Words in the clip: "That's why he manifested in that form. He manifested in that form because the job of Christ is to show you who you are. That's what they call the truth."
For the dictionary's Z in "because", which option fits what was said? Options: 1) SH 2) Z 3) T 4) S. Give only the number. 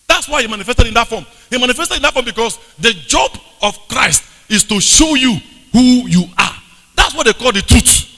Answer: 4